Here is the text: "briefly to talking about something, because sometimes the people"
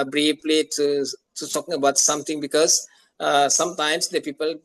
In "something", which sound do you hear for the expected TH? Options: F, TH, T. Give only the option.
T